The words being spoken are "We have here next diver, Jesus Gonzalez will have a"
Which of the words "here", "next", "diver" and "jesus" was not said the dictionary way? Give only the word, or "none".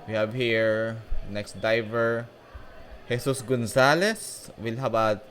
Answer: jesus